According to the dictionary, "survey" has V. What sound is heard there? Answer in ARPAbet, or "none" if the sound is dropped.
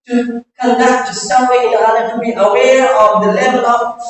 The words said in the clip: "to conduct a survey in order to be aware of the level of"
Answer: W